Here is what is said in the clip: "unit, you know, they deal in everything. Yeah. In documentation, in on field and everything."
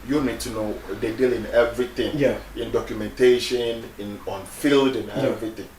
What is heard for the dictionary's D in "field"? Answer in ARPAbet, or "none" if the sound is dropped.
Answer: D